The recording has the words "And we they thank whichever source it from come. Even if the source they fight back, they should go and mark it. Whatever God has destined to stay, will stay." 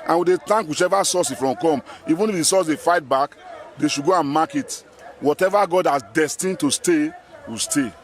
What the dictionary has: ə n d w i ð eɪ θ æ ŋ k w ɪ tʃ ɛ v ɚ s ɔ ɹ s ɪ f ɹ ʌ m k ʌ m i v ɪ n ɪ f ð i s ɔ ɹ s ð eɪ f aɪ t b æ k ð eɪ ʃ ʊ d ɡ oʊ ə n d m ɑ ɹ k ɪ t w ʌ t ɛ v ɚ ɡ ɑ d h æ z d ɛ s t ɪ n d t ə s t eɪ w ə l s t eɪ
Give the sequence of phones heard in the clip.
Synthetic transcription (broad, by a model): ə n w i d eɪ t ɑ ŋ k w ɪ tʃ ɛ v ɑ s ɔ s ɪ f ɹ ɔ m k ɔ m i v ɪ n ɪ f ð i s ɔ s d eɪ f aɪ t b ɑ k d eɪ ʃ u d ɡ oʊ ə n m ɑ k ɪ t w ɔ t ɛ v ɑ ɡ ɑ d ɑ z d ɛ s t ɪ n t ə s t eɪ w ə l s t eɪ